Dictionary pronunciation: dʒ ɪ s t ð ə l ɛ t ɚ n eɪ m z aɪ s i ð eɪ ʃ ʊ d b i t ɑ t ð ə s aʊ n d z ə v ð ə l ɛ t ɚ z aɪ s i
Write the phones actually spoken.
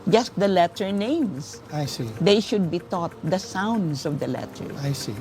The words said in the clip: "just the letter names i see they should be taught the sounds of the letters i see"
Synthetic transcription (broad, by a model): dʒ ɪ s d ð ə l ɛ t ɚ n eɪ m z aɪ s i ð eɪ ʃ ʊ d b i t ɑ t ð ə s aʊ n d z ə v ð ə l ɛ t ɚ aɪ s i